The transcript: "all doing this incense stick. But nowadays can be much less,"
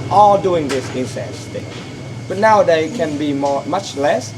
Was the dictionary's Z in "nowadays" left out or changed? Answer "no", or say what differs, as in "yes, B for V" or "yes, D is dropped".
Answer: yes, Z is dropped